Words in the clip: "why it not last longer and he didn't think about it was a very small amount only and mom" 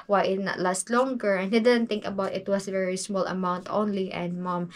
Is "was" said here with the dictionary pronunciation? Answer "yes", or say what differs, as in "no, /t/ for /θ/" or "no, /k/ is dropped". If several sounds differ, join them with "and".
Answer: no, /s/ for /z/